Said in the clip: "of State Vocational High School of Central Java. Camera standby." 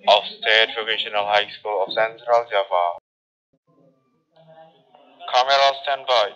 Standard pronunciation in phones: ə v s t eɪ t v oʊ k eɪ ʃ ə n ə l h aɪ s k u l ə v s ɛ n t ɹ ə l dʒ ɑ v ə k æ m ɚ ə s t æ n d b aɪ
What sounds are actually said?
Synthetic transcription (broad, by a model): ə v s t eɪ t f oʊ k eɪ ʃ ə n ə l h aɪ s k u l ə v s ɛ n t ɹ ə l z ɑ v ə k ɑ m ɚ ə s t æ n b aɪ